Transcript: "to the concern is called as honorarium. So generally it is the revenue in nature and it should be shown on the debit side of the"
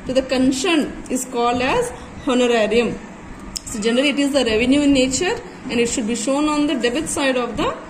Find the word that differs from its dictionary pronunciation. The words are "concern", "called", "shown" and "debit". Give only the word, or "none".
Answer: concern